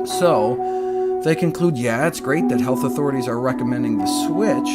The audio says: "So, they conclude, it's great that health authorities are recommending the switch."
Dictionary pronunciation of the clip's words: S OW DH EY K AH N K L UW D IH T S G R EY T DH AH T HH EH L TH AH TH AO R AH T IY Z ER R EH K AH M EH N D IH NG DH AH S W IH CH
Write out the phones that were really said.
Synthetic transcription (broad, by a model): S OW DH EY K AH N K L UW D IH T S G R EY T DH AH T HH EH L TH AH TH AO R AH T IY Z ER R EH K AH M EH N D IH NG DH AH S W IH CH